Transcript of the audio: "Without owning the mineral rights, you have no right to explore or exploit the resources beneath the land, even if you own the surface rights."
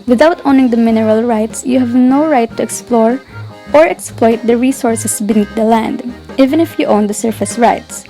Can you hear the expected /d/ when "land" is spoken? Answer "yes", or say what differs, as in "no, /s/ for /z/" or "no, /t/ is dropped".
yes